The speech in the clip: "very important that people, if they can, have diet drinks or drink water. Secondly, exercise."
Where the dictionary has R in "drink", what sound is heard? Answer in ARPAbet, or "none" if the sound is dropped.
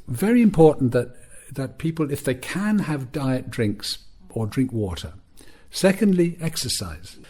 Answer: R